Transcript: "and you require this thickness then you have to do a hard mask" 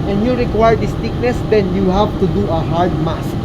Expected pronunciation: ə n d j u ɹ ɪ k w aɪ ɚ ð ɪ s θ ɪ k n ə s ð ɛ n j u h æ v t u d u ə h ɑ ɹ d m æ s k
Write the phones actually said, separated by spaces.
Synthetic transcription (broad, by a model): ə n j u ɹ ɪ k w aɪ ɚ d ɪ s t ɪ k n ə s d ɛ n j u h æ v t u d u ə h ɑ ɹ d m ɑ s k